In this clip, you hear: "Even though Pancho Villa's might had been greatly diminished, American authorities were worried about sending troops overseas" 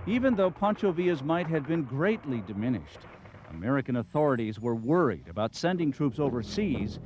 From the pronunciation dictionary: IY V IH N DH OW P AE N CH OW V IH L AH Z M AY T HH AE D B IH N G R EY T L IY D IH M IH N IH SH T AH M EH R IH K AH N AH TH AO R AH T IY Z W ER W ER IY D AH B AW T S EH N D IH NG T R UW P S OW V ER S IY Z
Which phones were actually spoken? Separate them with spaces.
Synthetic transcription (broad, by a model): IY V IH N DH OW P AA N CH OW V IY AH Z M AY T HH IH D B IH N G R EY T L IY D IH M IH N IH SH T AH M EH R IH K AH N AH TH AO R AH T IY Z W ER W ER IY D AH B AW T S EH N D IH NG T R UW P S OW V ER S IY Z